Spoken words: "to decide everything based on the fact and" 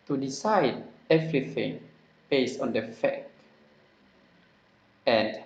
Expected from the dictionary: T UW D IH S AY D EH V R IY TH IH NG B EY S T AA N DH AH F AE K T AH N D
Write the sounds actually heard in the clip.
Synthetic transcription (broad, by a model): T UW D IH S AY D EH V R IY TH IH NG B EY S T AA N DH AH F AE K AH N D